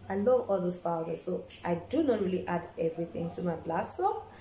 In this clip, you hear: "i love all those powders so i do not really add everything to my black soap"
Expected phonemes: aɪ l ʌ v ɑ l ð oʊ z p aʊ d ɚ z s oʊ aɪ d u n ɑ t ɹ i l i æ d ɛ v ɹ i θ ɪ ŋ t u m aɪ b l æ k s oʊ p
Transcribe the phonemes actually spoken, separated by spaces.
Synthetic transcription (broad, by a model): aɪ l ʌ v ɑ l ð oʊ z f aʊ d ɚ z s oʊ aɪ d u n ɑ t ɹ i l i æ d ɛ v ɹ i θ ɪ ŋ t u m aɪ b l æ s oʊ